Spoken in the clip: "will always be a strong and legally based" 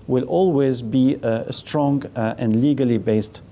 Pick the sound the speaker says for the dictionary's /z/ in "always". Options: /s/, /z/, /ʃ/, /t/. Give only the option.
/z/